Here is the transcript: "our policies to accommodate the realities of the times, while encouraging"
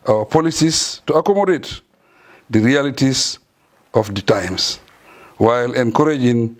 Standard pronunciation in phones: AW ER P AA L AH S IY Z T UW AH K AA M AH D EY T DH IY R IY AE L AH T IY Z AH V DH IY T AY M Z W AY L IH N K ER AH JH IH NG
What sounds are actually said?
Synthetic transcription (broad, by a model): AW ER P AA L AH S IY S T UW AH K AA M AH D EY T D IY R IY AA L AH T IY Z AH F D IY T AY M S W AY L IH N K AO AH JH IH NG